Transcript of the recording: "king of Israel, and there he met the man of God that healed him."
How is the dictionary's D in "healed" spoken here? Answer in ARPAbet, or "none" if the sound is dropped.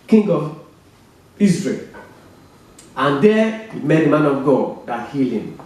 none